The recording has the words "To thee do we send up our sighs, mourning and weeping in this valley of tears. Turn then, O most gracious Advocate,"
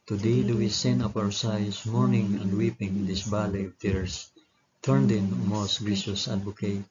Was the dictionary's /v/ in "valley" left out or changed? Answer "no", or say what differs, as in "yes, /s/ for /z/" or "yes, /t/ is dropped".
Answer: yes, /b/ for /v/